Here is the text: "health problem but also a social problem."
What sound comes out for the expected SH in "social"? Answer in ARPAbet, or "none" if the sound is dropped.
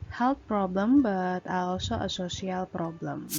S